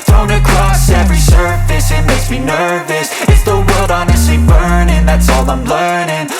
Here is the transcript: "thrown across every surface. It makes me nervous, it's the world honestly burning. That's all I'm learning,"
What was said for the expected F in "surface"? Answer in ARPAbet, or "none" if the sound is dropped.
F